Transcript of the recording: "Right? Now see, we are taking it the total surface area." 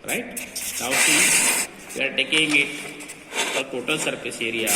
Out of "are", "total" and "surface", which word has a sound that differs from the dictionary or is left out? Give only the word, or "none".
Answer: surface